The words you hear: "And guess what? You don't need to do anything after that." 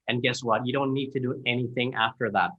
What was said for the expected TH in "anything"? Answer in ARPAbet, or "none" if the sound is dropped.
TH